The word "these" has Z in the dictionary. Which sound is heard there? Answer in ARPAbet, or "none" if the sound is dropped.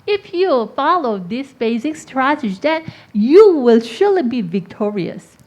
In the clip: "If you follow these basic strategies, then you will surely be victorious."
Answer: S